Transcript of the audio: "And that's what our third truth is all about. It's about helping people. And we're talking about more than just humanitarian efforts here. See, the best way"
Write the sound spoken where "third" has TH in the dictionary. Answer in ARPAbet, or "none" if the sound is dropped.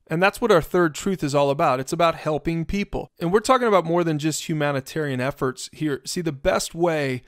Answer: TH